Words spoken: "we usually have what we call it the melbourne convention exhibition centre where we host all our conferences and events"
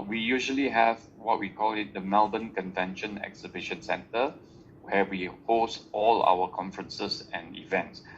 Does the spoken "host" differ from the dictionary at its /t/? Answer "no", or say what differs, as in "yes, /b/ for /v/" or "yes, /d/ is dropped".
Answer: no